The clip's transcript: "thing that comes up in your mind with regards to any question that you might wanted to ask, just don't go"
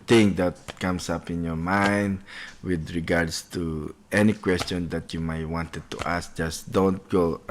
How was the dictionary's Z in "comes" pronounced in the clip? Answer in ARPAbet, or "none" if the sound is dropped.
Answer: S